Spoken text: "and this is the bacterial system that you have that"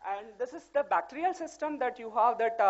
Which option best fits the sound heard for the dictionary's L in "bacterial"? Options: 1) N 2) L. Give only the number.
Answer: 2